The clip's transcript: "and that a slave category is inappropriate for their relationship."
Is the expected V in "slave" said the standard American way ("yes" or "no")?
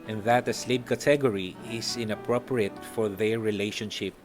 no